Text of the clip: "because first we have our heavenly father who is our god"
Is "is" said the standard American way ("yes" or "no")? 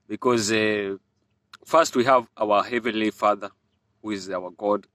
yes